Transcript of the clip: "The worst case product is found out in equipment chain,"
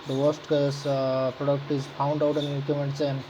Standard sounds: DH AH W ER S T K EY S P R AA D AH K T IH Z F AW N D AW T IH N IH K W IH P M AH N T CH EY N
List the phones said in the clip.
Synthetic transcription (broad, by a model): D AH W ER S T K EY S P R AA D AH K T IH Z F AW N D AW T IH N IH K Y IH M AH N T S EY N